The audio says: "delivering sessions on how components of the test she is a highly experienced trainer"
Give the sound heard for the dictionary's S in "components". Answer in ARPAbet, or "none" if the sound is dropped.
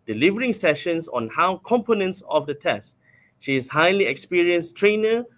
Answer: S